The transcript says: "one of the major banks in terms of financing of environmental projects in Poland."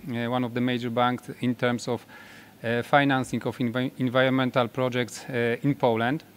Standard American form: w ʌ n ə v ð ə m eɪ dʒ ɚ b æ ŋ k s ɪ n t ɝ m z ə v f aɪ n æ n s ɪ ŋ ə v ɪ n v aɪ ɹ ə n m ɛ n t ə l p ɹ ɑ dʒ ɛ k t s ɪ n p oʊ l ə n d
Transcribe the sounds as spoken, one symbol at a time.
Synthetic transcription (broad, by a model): w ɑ n ə v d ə m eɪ dʒ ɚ b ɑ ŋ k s ɪ n t ɝ m s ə f f aɪ n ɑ n s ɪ ŋ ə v ɪ n v aɪ ɹ ə n m ɛ n t ə l p ɹ ɑ dʒ ɛ k t s ɪ n p oʊ l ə n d